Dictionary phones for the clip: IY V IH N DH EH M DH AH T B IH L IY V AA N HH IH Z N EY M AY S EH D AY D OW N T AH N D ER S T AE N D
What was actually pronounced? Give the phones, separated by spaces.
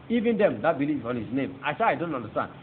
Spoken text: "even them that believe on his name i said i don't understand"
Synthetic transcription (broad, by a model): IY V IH N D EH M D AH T B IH L IY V AA N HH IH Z N EY M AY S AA AY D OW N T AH N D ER S T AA N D